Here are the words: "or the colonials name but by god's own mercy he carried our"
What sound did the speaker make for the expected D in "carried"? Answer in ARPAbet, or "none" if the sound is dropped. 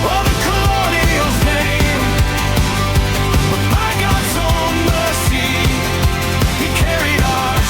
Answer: D